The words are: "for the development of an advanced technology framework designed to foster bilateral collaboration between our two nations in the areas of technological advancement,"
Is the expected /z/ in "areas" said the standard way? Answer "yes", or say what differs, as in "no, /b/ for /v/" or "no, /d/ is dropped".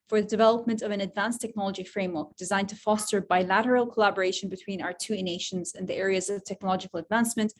yes